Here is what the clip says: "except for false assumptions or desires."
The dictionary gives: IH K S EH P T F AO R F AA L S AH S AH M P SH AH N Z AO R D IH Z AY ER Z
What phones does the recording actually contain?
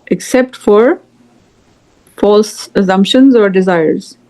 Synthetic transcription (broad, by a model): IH K S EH P T F AO R F AA L S AH S AH M P SH AH N Z AO R D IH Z AY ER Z